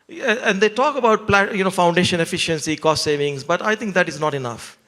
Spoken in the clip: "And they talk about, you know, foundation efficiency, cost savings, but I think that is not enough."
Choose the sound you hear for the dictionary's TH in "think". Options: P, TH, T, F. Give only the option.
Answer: T